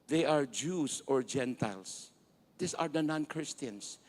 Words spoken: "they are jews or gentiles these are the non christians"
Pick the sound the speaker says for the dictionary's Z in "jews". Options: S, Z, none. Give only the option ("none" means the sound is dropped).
S